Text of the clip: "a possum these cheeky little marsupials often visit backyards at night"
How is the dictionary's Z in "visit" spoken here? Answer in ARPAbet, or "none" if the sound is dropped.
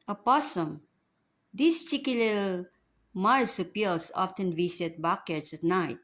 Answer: S